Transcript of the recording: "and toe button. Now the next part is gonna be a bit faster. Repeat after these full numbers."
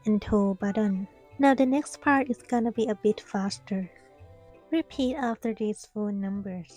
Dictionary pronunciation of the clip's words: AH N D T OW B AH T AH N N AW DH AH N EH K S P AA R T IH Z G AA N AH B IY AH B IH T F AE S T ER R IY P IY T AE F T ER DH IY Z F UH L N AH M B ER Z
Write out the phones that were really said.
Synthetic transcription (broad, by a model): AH N T OW B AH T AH N N AW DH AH N EH K S P AA R T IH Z G AA N AH B IY AH B IH T F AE S T ER R IY P IY T AE F T ER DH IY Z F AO N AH M B ER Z